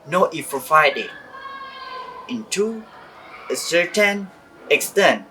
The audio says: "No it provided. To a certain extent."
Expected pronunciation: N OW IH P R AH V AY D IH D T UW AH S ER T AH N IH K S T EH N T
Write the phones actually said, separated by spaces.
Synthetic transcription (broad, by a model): N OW IH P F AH F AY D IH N T UW AH S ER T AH N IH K S T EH N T